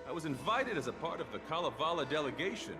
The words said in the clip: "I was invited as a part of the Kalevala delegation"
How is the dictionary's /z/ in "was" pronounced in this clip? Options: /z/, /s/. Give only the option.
/z/